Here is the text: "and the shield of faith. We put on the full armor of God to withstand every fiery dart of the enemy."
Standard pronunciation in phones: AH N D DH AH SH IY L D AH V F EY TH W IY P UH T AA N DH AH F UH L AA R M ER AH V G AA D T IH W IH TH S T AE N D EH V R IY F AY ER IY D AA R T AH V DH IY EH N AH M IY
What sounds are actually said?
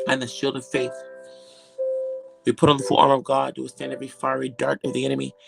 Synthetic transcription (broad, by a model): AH N DH AH SH IY L D AH V F EY TH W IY P UH T N DH AH F UH L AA R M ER AH V G AA D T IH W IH S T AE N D EH V R IY F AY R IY D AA R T AH V DH IY EH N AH M IY